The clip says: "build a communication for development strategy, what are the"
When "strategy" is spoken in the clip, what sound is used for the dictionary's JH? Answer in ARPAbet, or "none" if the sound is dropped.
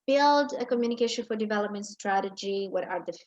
JH